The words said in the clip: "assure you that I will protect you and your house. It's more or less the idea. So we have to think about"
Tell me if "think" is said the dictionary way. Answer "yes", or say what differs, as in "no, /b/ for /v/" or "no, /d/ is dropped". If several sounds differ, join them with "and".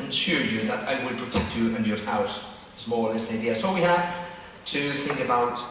yes